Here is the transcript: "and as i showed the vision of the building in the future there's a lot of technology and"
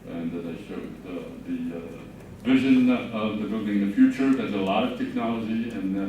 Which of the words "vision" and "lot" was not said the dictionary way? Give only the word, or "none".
none